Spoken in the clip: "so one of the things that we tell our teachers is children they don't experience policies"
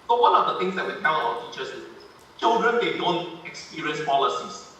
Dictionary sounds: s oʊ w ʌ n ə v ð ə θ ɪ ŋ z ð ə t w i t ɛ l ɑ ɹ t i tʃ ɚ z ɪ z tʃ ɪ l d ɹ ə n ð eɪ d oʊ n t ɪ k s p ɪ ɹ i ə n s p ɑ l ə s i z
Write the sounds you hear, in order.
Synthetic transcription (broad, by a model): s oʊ w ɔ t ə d ə t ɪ ŋ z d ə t w i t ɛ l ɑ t i tʃ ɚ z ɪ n tʃ ɪ l d ɹ ə n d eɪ d oʊ n t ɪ k s p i ɹ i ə n s p ɑ l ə s i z